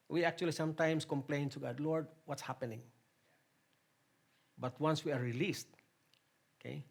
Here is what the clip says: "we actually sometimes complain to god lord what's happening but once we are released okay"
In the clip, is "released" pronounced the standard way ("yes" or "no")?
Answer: yes